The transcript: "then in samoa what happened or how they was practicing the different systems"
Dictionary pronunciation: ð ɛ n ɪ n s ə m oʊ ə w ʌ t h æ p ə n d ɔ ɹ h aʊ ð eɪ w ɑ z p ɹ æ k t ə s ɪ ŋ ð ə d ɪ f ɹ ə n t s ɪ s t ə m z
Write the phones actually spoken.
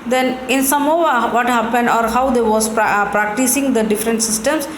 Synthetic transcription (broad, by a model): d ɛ n ɪ n s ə m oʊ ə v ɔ t h æ p ə n d ɔ ɹ h aʊ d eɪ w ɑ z p ɹ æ k t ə s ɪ ŋ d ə d ɪ f ɹ ə n t s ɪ s t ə m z